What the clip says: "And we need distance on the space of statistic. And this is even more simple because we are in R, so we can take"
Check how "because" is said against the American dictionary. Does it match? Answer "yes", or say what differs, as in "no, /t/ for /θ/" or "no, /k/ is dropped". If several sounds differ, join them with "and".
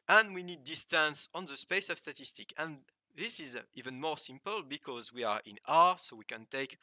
yes